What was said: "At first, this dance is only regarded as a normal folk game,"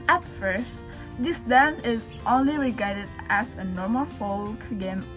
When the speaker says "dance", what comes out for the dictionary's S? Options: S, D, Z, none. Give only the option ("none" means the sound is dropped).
none